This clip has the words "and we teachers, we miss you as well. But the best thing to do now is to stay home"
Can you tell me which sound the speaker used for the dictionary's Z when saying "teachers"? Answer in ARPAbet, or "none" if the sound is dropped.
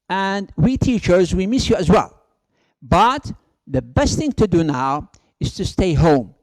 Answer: Z